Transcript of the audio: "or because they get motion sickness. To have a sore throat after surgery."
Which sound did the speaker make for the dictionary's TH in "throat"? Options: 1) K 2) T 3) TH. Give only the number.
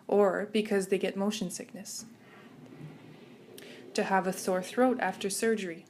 3